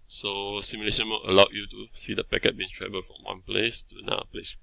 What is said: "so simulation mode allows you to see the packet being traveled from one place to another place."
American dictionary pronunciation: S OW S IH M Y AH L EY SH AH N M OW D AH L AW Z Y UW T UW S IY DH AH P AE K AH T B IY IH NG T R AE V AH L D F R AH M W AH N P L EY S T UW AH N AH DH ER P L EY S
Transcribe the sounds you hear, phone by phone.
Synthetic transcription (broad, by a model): S OW S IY M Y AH L EY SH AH N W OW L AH L AW Y UW T UW S IY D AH P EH K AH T B IY IH NG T R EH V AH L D F R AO M W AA N P L EY S T UW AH N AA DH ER P L EY S